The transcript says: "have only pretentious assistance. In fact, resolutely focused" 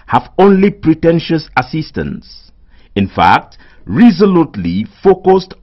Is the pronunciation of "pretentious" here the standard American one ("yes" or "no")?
yes